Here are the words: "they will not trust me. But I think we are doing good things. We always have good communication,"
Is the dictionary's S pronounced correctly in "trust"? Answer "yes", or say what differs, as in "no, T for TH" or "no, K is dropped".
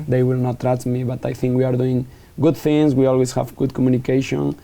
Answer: no, S is dropped